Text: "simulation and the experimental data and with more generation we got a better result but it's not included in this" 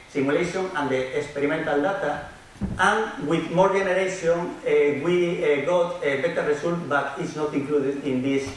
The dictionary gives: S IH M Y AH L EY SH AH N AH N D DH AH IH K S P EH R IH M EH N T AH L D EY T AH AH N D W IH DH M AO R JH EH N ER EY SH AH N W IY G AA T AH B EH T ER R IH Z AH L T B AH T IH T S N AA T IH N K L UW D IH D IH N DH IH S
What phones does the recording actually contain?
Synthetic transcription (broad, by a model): S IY M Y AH L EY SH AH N AH N D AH IH K S P EH R IH M EH N T AH L D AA T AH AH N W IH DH M AO R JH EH N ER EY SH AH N W IY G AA T AH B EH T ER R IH S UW L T B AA T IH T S N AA T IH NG K L UW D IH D IH N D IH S